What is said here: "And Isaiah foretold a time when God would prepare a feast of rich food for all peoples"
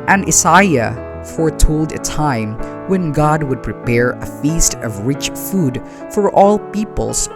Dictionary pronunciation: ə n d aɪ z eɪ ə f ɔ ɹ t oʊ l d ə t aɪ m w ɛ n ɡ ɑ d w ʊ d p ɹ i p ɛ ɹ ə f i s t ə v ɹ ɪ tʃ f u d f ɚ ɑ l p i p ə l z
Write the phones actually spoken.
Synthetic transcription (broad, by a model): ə n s aɪ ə f ɔ ɹ t oʊ l d ə t aɪ m w ɛ n ɡ ɑ d w ʊ d p ɹ i p ɛ ɹ ə f i s t ə v ɹ ɪ tʃ f u d f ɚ ɑ l p i p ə l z